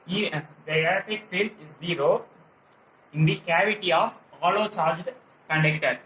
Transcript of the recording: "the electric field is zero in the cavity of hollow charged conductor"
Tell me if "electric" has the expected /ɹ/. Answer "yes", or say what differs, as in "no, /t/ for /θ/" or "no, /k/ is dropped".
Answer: no, /ɹ/ is dropped